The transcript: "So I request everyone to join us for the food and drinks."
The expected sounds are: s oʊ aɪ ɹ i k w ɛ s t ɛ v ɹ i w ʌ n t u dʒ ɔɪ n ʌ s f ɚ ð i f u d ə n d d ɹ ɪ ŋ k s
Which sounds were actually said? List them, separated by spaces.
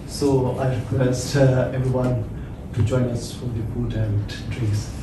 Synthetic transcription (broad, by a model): s oʊ aɪ ɹ i k w ɛ s t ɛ v ɹ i w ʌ n t u dʒ ɔɪ n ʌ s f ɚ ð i p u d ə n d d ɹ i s